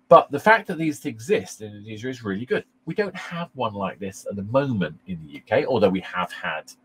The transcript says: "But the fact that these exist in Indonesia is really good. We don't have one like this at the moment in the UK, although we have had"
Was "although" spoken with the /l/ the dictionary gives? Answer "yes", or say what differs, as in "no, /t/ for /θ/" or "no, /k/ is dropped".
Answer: yes